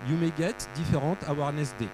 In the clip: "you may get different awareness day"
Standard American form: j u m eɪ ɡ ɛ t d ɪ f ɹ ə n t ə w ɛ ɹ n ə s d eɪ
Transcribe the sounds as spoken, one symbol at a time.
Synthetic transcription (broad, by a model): j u m eɪ ɡ ɛ t d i f ɹ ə t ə w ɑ ɹ n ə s d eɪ